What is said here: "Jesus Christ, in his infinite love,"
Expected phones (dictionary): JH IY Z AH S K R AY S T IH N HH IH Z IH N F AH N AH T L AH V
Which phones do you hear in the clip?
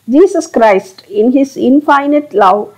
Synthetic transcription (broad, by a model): JH IY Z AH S K R AY S T IH N HH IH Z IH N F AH N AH T L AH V